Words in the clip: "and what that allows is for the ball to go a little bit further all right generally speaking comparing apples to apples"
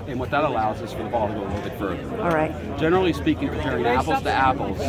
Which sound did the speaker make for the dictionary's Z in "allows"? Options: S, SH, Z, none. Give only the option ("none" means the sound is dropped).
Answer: Z